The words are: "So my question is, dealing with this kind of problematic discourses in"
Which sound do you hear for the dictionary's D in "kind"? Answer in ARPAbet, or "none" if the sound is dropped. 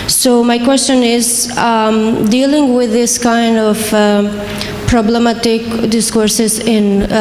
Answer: D